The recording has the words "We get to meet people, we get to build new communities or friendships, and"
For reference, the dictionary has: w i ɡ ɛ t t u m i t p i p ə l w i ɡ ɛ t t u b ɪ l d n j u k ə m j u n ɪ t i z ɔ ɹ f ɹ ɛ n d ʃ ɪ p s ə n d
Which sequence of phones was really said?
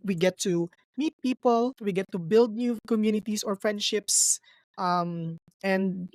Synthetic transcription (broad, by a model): w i ɡ ɛ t t u m i t p i p ə l w i ɡ ɛ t t u b ɪ l d n j u k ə m j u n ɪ t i s ɔ ɹ f ɹ ɛ n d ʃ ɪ p s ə n d